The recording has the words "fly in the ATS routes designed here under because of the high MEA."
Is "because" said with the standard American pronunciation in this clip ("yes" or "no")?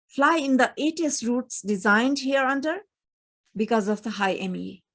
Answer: yes